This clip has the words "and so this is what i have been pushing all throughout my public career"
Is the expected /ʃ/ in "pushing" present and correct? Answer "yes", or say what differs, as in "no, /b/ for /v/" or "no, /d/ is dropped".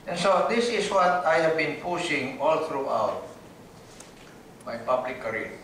no, /s/ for /ʃ/